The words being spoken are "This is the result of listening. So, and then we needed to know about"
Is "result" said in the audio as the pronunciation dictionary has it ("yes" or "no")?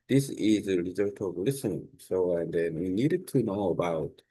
no